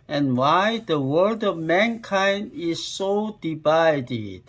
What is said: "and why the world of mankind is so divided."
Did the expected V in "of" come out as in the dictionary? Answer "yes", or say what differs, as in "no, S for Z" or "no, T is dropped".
yes